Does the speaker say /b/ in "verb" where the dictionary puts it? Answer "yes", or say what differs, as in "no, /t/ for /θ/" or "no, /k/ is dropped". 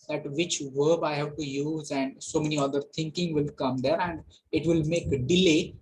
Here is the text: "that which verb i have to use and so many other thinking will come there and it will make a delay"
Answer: yes